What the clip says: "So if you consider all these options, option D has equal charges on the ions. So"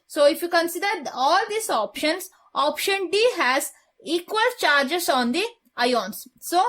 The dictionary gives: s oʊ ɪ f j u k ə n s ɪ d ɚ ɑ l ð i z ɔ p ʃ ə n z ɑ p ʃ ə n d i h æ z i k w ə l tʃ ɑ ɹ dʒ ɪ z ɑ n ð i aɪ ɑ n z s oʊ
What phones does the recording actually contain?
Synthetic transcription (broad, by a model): s oʊ ɪ f j u k ə n s ɪ d ɚ ɑ l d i s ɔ p ʃ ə n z ɑ p ʃ ə n d i h æ z i k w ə l tʃ ɑ ɹ dʒ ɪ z ɑ n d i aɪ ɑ n s oʊ